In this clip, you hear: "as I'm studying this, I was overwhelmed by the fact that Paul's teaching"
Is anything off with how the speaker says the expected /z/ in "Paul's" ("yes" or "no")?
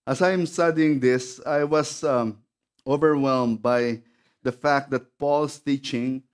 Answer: yes